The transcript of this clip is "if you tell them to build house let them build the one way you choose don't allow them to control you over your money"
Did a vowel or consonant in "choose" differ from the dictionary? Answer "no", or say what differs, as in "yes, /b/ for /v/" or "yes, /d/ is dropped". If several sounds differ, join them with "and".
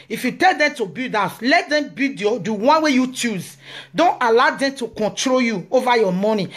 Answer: no